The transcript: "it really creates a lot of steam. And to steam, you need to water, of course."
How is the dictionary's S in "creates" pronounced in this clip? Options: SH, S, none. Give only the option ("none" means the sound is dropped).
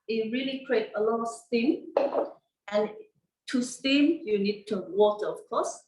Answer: none